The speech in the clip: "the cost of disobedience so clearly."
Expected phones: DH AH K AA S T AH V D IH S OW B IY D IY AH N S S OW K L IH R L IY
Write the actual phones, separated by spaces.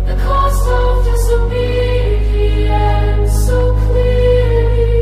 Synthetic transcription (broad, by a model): DH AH K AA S AH V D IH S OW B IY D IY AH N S S OW K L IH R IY